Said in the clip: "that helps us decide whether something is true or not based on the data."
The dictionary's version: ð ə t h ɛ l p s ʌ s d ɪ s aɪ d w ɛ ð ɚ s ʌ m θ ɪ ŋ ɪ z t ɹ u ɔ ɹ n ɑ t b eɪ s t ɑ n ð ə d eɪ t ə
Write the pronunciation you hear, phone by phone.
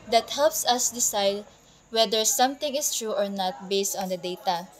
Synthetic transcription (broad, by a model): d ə t h ɛ l p s ʌ s d ɪ s aɪ d w ɛ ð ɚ s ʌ m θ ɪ ŋ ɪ s t ɹ u ɔ ɹ n ɑ t b eɪ s t ɑ n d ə d eɪ t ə